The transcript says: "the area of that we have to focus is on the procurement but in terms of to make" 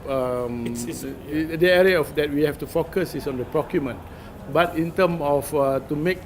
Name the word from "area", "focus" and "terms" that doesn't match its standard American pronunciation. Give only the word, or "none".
terms